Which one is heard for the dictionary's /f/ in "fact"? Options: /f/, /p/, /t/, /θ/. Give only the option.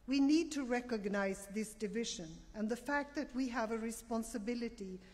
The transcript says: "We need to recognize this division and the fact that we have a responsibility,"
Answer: /f/